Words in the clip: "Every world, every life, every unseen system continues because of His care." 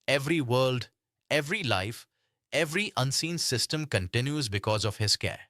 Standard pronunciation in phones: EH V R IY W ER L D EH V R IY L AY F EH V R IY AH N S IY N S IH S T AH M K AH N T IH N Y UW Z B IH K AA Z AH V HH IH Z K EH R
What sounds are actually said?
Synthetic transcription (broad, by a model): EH V R IY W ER L D EH V R IY L AY F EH V R IY AH N S IY N S IH S T AH M K AH N T IH N Y UW Z B IH K AA Z AH V HH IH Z K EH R